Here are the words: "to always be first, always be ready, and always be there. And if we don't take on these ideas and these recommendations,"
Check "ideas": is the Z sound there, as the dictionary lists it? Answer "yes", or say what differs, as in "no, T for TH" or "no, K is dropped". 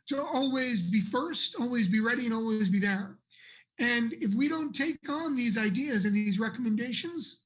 yes